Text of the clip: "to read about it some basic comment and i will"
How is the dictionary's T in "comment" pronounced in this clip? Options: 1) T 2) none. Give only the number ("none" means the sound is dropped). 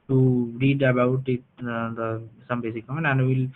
2